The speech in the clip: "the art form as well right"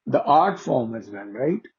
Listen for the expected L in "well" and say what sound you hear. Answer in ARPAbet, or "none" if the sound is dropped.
N